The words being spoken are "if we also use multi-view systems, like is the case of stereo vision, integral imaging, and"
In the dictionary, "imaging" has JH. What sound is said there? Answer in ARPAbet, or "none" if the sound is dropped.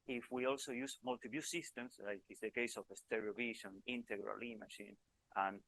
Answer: SH